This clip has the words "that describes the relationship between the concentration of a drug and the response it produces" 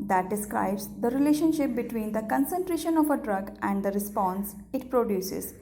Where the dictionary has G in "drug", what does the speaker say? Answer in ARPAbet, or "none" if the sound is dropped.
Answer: G